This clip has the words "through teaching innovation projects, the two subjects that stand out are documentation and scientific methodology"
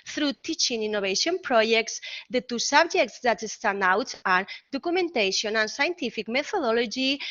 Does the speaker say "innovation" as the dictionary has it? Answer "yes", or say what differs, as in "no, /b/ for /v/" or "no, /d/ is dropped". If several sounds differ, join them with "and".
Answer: no, /b/ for /v/